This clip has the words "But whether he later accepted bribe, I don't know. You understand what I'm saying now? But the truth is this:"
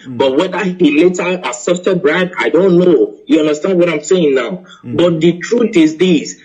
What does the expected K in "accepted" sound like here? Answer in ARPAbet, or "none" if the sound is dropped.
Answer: none